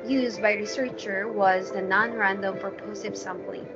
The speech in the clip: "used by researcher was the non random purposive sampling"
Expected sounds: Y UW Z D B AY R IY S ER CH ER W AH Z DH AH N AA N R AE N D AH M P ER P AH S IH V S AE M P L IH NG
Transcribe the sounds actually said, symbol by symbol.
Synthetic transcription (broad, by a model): Y UW Z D B AY R IY S ER CH ER W AH Z DH AH N AA N R AE N D AH M F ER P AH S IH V S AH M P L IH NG